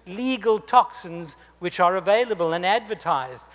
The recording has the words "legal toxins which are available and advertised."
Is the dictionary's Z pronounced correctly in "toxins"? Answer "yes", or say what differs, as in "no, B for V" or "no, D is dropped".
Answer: yes